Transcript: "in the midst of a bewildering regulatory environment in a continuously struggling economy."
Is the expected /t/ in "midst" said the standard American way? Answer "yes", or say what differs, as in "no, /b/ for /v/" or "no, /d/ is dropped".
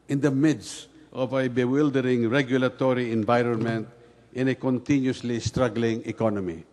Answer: yes